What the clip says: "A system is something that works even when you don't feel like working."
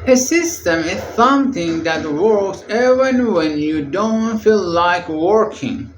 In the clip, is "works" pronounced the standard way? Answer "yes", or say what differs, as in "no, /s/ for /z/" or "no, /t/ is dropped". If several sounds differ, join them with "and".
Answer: yes